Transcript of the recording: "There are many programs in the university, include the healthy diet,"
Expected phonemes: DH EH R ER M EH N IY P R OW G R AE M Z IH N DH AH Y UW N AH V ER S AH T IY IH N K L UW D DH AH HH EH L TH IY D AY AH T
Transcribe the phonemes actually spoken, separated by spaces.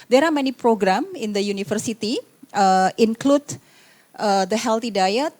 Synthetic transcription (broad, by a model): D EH R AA M EH N IY P R OW G R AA M IH N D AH Y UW N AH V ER S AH T IY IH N K L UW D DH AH HH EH L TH IY D AY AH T